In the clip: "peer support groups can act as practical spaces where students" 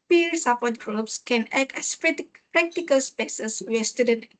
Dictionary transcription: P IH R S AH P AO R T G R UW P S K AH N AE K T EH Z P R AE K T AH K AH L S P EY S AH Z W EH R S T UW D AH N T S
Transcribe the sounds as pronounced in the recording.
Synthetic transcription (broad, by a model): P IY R S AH P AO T G R UW P S K AH N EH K EH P P R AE K T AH K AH L S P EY S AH S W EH S T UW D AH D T